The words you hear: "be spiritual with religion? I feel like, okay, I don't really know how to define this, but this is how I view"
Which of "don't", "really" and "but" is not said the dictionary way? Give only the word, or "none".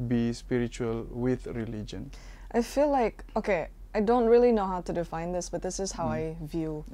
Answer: none